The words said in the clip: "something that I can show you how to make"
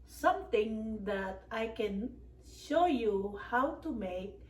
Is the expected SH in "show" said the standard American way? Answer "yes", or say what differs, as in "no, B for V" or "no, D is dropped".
yes